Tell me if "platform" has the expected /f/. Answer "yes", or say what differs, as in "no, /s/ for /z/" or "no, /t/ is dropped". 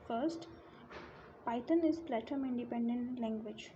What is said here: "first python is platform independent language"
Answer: no, /f/ is dropped